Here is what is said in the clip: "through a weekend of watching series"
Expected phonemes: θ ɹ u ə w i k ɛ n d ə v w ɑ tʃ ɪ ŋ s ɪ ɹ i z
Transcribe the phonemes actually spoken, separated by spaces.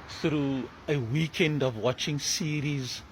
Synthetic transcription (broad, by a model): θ ɹ u ə w i k ɛ n d ə v w ɑ tʃ ɪ ŋ s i ɹ i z